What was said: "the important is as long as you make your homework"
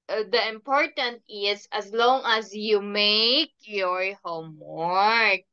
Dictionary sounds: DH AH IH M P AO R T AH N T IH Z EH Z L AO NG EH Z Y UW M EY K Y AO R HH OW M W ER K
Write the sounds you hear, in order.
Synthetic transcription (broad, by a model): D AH IH M P AO R T AH N T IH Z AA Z L AO NG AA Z Y UW M EY K Y AO R HH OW M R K